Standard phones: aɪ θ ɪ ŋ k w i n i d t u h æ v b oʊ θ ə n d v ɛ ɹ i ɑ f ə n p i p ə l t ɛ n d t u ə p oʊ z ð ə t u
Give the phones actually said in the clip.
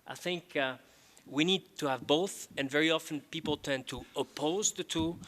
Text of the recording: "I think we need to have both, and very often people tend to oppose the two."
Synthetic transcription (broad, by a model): aɪ θ ɪ ŋ k w i n i d t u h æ v b oʊ θ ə n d v ɛ ɹ i ɑ f ə n p i p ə l t ɛ n t u ə p oʊ z ð ə t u